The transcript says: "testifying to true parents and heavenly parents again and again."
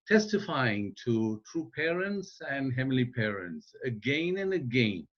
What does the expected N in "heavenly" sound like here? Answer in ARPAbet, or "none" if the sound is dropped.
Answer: none